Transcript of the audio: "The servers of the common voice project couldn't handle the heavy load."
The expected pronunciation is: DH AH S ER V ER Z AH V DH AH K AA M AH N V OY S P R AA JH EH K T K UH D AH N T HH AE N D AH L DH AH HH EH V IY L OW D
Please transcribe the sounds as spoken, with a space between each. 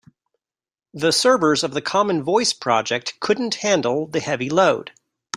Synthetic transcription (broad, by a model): DH AH S ER B ER Z AH V DH AH K AA M AH N V OY S P R AA JH EH K T K UH D N T HH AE N D L DH AH HH EH V IY L OW D